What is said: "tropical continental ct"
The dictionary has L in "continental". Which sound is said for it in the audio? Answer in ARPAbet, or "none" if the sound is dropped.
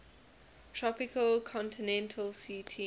L